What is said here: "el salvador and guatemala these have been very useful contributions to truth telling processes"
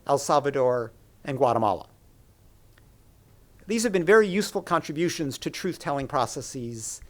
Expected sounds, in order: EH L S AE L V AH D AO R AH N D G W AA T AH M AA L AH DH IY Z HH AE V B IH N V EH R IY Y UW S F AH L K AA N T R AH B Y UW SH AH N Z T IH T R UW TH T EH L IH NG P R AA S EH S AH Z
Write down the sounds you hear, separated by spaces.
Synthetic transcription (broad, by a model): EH L S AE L V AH D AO R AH N G W AA T AH M AA L AH DH IY Z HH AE V B IH N V EH R IY Y UW S F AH L K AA N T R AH B Y UW SH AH N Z T IH T R UW TH T EH L IH NG P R AA S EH S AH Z